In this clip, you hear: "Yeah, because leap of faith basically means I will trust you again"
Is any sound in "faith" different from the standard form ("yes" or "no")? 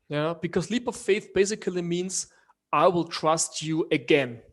no